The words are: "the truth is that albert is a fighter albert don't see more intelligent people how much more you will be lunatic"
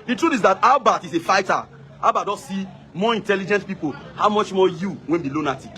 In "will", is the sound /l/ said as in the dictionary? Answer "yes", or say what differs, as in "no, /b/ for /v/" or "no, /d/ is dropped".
no, /n/ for /l/